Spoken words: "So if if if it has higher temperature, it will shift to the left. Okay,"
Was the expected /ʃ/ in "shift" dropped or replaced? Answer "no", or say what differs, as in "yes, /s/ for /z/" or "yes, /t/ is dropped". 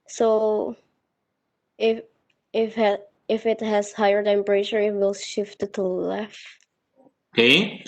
no